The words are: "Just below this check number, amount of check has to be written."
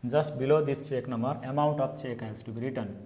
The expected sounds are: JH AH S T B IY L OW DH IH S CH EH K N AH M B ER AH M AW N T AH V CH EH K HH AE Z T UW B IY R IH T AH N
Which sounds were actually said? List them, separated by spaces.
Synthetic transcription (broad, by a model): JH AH S T B IY L OW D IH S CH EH K N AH M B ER AH M AW N T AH P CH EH K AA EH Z T UW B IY R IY T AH N